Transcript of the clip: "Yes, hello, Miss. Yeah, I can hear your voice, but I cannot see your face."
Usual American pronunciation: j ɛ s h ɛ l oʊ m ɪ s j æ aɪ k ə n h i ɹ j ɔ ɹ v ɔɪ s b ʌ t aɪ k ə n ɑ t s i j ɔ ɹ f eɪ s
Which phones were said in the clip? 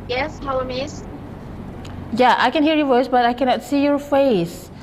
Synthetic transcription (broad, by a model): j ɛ s h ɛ w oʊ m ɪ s j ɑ aɪ k ə n h i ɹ j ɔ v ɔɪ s b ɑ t aɪ k ə n ɑ t s i j ɔ ɹ f eɪ s